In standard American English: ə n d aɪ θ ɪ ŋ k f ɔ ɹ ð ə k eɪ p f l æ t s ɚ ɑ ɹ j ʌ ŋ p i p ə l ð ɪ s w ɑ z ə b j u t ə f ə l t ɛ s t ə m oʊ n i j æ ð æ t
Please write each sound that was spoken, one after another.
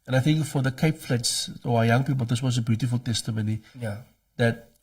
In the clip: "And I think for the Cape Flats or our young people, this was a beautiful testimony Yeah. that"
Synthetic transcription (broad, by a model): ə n aɪ θ ɪ ŋ k f ɔ ɹ ð ə k eɪ p f l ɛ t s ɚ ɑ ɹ j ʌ ŋ p i p ə l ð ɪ s w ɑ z ə b j u t ə f ə l t ɛ s t ə m oʊ n i j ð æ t